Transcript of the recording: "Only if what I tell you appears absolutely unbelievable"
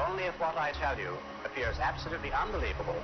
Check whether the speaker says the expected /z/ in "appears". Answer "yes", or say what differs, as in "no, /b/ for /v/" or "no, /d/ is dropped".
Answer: yes